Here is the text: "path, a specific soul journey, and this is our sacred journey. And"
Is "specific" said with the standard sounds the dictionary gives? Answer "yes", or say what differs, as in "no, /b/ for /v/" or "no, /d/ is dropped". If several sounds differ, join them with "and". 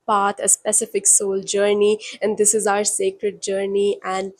yes